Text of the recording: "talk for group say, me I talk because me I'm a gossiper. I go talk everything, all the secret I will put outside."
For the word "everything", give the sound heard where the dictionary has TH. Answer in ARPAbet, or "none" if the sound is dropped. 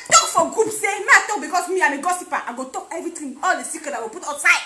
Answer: T